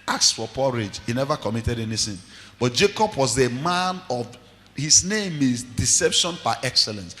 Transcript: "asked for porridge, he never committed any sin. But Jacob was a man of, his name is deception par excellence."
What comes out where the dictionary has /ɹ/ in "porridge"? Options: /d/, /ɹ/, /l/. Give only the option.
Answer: /ɹ/